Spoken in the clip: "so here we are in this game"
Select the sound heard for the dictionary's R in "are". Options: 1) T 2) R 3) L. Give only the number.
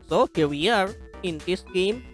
2